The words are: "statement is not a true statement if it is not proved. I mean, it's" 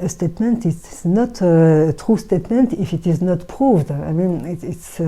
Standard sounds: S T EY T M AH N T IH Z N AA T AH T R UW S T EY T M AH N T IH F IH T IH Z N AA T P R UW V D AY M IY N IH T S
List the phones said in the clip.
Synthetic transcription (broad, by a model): S T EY T M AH N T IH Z N AA T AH T R UW S T EY T M AH N T IH F IH T IH Z N AA T P R UW V D AY M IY N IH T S